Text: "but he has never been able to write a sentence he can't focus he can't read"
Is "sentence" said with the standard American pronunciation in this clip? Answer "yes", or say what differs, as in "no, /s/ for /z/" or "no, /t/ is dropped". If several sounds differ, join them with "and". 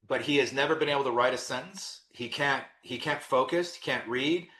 no, /s/ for /t/